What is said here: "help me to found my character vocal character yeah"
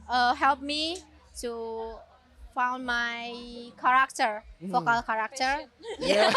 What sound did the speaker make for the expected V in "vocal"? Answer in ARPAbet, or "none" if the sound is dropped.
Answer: F